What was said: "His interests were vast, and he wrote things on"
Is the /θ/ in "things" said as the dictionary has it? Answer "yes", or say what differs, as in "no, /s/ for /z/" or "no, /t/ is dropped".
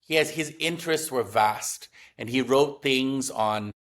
yes